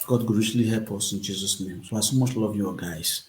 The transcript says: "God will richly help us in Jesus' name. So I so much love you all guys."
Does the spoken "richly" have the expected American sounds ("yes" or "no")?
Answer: no